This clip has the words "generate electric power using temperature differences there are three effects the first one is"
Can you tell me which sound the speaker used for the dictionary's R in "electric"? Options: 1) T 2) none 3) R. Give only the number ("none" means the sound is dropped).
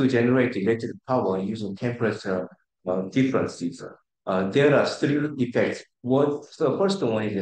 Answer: 2